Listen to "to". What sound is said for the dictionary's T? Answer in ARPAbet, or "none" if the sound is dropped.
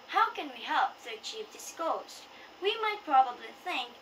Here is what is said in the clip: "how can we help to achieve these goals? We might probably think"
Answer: S